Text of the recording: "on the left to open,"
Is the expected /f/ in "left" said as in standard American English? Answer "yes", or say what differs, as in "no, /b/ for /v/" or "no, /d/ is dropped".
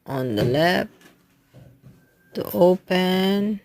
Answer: no, /p/ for /f/